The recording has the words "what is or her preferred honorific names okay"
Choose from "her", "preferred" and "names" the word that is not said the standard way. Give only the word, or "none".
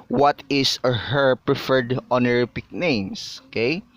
names